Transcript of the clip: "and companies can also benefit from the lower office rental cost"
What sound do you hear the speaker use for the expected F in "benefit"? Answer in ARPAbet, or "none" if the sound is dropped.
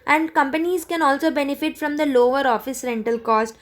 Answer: F